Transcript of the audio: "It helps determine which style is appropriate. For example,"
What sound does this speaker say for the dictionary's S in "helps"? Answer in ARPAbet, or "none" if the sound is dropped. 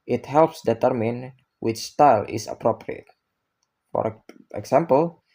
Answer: S